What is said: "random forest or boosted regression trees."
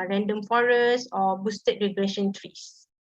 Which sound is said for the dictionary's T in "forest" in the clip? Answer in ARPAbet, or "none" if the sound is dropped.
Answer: none